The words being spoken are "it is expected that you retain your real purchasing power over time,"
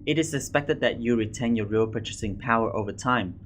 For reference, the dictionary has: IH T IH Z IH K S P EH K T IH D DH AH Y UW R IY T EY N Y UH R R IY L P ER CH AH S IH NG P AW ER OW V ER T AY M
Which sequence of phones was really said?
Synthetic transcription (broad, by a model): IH T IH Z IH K S P EH K T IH D DH AH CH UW R IY T EY N Y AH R R IY L P ER CH AH S IH NG P AW ER OW V ER T AY M